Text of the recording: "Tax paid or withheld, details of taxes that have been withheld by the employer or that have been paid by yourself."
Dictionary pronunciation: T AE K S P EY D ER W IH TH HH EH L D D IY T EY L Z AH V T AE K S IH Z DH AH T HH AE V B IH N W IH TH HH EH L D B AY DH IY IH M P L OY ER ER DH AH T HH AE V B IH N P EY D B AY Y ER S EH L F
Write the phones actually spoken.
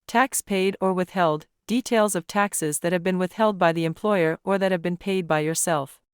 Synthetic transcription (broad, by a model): T AE K S P EY D ER W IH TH HH EH L D D IY T EY L Z AH V T AE K S IH Z DH AH T HH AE V B IH N W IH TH HH EH L D B AY DH IY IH M P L OY ER ER DH AH T HH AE V B IH N P EY D B AY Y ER S EH L F